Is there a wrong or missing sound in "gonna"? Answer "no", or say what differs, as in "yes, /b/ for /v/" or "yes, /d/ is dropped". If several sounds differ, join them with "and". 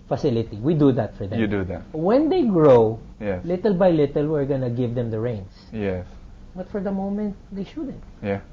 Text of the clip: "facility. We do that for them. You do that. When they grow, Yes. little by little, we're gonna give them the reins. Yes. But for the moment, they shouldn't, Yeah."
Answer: no